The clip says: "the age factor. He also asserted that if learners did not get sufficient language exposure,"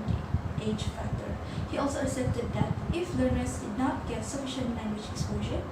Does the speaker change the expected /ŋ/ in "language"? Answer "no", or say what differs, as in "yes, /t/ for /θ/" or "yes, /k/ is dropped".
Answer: no